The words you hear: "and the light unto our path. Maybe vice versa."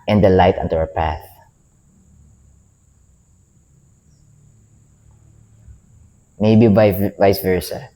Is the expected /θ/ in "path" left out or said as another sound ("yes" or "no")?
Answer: no